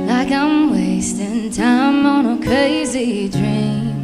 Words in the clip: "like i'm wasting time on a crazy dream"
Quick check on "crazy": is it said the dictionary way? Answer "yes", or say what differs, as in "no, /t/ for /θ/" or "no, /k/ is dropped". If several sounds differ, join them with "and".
yes